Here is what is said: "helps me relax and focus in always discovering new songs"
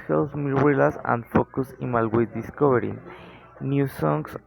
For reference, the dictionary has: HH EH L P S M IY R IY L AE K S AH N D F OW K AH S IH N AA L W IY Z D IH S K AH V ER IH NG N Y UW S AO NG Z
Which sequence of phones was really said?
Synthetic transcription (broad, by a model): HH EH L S M IY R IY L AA S AH N D F OW K AH S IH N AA L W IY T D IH S K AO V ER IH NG N Y UW S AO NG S